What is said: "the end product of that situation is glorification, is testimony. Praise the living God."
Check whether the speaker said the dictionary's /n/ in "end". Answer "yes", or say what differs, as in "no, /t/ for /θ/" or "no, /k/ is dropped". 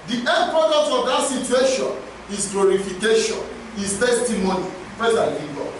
no, /n/ is dropped